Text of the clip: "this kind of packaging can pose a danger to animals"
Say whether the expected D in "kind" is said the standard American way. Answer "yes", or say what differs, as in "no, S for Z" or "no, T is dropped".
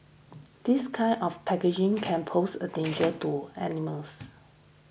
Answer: no, D is dropped